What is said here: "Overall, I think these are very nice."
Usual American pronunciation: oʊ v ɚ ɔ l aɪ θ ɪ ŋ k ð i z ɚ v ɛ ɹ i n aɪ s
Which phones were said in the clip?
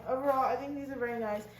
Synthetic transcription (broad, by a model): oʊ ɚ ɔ aɪ θ ɪ ŋ k ð i z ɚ v ɛ ɹ i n aɪ s